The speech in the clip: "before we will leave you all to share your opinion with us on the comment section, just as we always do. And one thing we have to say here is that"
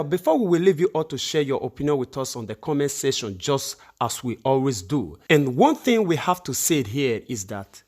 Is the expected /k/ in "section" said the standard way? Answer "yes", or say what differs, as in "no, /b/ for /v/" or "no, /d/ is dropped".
no, /k/ is dropped